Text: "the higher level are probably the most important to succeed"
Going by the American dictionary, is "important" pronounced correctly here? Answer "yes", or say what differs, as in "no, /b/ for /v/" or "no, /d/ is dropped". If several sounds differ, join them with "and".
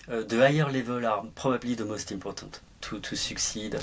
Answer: no, /m/ is dropped and /n/ is dropped